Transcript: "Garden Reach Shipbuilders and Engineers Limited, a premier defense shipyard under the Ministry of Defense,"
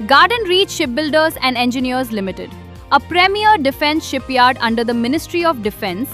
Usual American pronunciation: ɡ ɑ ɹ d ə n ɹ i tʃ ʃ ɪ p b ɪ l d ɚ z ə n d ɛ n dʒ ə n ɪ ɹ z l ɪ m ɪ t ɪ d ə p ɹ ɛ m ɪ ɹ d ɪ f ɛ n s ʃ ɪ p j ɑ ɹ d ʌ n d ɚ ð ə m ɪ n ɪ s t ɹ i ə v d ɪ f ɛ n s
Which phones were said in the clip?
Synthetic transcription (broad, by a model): ɡ ɑ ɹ d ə n ɹ i tʃ ʃ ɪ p b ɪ l d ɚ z ə n d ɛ n dʒ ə n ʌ ɹ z l ɪ m ɪ t ɪ d ə p ɹ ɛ m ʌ ɹ d ɪ f ɛ n s ʃ ɪ p j ɑ ɹ d ʌ n d ɚ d ə m ɪ n ɪ s t ɹ i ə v d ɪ f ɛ n s